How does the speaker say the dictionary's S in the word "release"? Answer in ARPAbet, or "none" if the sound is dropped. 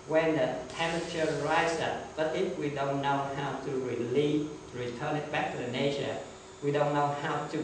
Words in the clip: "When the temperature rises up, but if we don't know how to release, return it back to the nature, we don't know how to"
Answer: none